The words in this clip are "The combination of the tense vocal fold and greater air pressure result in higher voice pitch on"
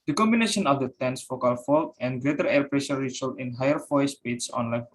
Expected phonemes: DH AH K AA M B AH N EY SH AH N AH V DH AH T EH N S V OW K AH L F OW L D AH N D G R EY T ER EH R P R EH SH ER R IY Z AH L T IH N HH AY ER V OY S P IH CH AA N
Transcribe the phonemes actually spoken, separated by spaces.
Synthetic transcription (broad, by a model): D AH K AA M B AH N EY SH AH N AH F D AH T EH N S F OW K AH L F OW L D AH N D G R EY T ER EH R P R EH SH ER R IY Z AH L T IH N HH AY ER F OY S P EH S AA N